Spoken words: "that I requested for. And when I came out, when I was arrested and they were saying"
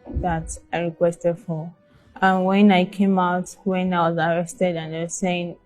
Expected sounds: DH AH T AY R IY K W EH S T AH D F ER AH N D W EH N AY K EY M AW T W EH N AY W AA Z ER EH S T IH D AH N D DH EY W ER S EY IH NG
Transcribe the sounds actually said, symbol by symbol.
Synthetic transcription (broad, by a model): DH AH T AY R IY K W EH S T AH D F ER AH N W EH N AY K EY M AW T W EH N AY W AA Z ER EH S T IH D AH N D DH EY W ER S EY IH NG